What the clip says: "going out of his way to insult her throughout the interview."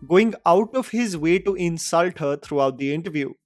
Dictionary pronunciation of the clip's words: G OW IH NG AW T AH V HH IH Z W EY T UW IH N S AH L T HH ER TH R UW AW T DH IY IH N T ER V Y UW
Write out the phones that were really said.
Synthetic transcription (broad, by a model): G OW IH NG AW T AH V HH IH Z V EY T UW IH N S AH L T HH ER T R UW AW T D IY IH N T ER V Y UW